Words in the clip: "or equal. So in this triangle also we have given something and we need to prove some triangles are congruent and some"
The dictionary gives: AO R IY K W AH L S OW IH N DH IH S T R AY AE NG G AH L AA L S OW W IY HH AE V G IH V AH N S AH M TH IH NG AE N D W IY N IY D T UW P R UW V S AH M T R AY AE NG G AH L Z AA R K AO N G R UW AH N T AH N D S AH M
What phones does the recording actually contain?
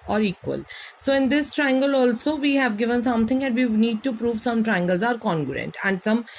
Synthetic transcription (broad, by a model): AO R IY K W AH L S OW IH N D IH S T R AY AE NG G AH L AA L S OW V IY HH AE V G IH V AH N S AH M T IH NG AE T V IY N IY D T UW P R UW V S AH M T R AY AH NG G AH L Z AA R K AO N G R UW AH N T AH N D S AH M